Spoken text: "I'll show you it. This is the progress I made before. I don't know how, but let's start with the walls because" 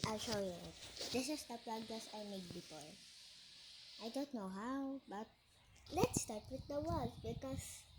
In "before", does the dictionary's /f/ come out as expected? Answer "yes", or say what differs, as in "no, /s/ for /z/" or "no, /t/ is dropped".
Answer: no, /p/ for /f/